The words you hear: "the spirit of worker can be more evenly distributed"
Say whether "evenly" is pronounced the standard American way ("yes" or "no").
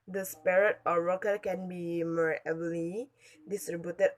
no